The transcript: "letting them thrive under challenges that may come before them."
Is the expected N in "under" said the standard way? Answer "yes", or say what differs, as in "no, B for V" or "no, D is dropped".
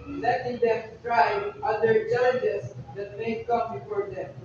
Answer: no, N is dropped